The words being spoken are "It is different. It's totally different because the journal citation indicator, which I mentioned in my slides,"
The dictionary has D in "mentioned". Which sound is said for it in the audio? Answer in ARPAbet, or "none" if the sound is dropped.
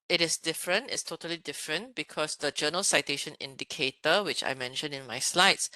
none